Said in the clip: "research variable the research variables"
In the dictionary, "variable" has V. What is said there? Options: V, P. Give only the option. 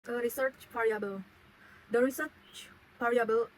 P